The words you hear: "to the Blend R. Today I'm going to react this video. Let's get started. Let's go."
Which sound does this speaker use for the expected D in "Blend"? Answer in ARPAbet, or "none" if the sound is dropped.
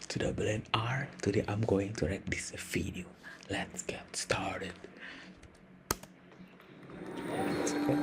none